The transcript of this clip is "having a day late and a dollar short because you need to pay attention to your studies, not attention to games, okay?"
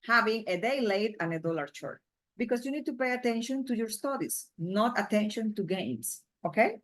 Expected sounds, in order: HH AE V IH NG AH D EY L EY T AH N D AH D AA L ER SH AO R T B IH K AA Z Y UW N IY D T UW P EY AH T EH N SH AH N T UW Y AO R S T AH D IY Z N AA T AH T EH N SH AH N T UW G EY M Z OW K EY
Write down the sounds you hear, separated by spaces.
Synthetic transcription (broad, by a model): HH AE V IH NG AH D EY L EY T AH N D AH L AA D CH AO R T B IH K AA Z Y UW N IY D T UW P EY AH T EH N SH AH N T UW Y AO R S T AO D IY S N AA T AH T EH N SH AH N T UW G EY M S OW K EY